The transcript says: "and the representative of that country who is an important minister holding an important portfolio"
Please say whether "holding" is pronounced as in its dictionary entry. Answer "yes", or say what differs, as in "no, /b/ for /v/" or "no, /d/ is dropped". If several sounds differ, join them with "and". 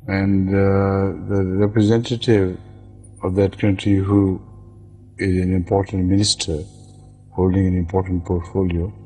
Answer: yes